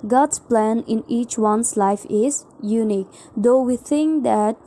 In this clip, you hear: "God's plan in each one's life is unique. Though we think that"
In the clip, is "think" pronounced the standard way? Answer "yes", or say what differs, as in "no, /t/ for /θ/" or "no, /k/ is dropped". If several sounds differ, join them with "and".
no, /t/ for /θ/